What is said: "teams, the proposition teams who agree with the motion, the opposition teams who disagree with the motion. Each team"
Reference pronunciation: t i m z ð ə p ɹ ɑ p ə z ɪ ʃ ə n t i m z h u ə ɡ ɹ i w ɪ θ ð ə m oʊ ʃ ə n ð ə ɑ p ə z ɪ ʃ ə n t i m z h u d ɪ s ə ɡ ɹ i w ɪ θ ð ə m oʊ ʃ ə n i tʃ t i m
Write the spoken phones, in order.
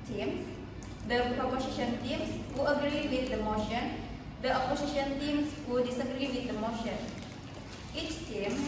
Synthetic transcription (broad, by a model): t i m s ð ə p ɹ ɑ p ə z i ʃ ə n t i m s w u ə ɡ ɹ i w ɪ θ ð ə m oʊ ʃ ə n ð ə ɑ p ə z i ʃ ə n t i m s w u d ɪ s ə ɡ ɹ i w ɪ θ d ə m oʊ ʃ ə n i tʃ t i m